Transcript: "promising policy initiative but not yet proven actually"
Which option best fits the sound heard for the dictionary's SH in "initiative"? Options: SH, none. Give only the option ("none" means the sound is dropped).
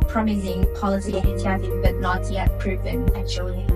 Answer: none